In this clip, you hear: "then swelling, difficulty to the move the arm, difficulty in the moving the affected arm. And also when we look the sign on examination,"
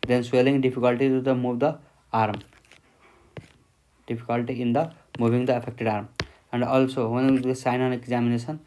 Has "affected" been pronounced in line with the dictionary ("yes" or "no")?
no